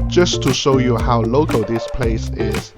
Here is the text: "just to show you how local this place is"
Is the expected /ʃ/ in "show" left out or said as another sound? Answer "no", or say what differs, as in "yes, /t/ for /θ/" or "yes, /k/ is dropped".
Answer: no